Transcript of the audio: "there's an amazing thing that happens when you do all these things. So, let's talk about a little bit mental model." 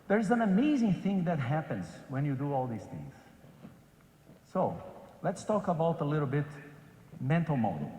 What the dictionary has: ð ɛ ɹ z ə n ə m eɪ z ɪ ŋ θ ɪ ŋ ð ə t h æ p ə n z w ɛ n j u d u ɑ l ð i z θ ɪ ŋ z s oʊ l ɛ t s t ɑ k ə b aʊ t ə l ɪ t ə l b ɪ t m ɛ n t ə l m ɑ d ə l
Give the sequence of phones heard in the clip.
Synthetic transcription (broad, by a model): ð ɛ ɹ z ə n ə m eɪ z ɪ ŋ θ ɪ ŋ ð ə t h æ p ə n z w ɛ n j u d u ɑ l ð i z θ ɪ ŋ z s oʊ l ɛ t s t ɑ k ə b aʊ t ə l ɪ t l b ɪ t m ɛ n t l m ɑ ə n